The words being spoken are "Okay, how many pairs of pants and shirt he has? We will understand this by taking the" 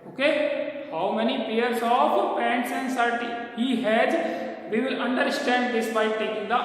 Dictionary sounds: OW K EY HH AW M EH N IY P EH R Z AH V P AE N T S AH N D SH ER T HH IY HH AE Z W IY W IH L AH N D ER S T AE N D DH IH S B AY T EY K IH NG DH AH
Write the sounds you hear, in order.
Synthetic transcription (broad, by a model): OW K EY HH AW M EH N IY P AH R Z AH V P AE N T S AH N D S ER T HH IY HH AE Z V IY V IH L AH N D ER S T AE N D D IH S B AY T EY K IH NG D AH